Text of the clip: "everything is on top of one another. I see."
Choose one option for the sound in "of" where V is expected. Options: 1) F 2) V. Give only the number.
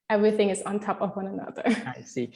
2